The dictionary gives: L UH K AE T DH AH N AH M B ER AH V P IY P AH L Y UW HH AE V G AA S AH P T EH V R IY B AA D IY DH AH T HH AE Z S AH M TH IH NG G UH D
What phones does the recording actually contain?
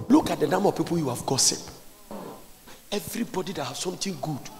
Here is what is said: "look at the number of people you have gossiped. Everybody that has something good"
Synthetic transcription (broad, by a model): L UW K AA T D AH N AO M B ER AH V P IY P AH L Y UW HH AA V G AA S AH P EH V R IY B AA D IY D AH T HH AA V S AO M T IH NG G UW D